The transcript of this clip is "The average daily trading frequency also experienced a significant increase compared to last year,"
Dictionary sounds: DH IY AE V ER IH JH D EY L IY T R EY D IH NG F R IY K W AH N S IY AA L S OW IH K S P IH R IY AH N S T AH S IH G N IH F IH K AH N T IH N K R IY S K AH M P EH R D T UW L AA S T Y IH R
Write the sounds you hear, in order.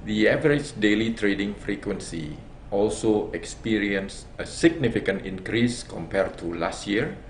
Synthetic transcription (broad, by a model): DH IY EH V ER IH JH D EY L IY T R EY D IH NG F R IY K W AH N S IY AA L S OW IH K S P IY R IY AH N S AH S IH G N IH F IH K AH N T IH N K R IY S K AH M P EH R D T UW L AA S T Y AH R